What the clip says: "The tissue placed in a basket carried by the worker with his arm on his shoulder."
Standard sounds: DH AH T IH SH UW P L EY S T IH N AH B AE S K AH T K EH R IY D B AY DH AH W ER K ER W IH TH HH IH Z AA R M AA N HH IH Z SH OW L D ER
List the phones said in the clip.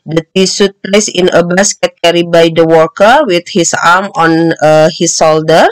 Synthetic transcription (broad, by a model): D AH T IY S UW P L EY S IH N AH B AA S K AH T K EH R IY B AY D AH W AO K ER W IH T HH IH S AA R M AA N HH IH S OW L D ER